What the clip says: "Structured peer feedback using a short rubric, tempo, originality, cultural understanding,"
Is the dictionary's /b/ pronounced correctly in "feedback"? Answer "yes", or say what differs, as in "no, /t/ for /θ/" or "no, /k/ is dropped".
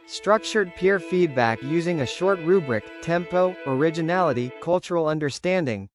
yes